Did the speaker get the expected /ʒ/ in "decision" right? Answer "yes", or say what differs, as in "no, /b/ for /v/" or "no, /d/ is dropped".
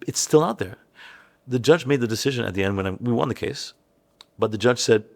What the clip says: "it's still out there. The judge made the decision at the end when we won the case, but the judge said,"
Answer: yes